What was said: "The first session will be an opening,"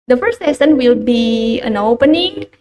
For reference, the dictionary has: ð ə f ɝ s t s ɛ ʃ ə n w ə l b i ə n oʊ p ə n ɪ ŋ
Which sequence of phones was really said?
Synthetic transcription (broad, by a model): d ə f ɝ s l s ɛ s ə n w ə l b i ə n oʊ p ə n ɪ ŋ